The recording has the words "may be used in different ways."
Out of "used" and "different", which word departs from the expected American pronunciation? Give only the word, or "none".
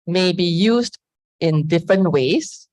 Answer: none